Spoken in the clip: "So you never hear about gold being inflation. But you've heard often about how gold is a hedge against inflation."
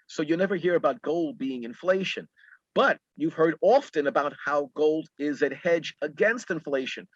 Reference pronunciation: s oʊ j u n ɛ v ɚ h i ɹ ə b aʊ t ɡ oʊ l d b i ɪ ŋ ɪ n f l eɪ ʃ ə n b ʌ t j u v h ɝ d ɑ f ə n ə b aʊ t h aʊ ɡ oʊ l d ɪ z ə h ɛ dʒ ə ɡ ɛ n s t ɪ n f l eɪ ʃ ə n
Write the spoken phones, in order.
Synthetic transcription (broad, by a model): s oʊ j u n ɛ v ɚ h i ɹ ə b aʊ t ɡ oʊ l d b i ɪ ŋ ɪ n f l eɪ ʃ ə n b ʌ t j u v h ɝ d ɑ f ə n ə b aʊ t h aʊ ɡ oʊ l d ɪ z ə h ɛ dʒ ə ɡ ɛ n s t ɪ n f l eɪ ʃ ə n